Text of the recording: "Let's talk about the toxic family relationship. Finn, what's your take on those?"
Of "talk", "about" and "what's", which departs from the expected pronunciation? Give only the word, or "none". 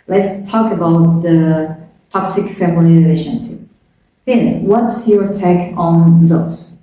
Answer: none